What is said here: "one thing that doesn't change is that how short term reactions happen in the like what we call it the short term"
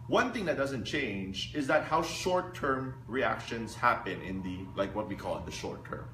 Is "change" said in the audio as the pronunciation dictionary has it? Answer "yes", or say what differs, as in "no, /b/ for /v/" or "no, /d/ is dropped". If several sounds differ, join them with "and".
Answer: yes